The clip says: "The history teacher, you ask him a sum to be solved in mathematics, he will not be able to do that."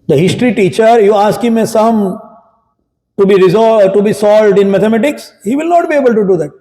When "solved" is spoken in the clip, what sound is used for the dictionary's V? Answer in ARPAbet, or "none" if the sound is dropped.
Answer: V